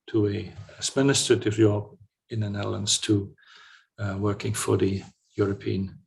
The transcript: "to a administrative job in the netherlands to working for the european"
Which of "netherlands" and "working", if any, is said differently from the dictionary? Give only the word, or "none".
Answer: netherlands